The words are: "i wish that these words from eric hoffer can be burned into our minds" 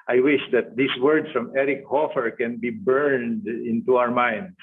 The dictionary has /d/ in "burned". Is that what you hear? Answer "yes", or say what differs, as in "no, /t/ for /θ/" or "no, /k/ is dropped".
yes